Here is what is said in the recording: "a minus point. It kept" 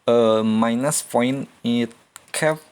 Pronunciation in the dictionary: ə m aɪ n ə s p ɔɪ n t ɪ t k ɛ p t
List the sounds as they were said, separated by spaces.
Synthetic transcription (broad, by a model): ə m aɪ n ə s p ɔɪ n ɪ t k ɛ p